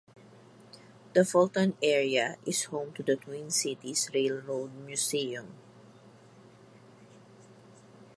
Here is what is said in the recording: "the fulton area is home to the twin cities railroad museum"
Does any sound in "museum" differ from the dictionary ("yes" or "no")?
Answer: yes